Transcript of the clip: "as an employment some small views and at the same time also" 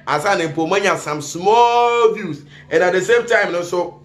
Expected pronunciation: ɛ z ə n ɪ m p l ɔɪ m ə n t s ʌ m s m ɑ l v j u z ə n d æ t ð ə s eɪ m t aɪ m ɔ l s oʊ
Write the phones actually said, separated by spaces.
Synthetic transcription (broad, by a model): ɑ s ə n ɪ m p ɔɪ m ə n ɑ s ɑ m s m ɑ l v j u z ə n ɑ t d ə s eɪ m t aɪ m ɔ s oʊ